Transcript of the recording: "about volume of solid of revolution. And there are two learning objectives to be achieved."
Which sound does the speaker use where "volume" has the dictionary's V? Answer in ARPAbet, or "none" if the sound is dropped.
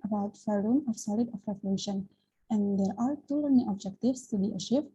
F